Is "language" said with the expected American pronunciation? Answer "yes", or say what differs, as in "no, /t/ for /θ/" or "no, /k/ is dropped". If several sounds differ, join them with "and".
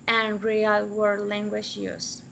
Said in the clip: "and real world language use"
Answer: no, /ʃ/ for /dʒ/